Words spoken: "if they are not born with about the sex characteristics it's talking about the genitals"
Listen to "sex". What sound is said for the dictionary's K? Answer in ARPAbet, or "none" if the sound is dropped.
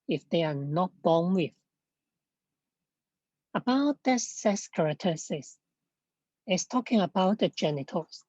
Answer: none